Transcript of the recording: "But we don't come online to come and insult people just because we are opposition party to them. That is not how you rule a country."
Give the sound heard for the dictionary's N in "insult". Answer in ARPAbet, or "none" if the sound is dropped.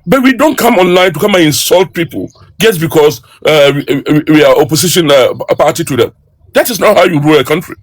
N